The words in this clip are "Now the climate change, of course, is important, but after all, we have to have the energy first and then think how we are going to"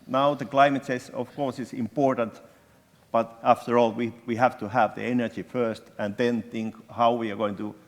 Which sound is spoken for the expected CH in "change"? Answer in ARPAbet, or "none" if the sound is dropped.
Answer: S